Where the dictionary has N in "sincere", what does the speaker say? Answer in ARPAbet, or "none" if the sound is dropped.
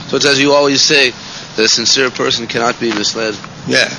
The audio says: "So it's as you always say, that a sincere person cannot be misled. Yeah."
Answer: N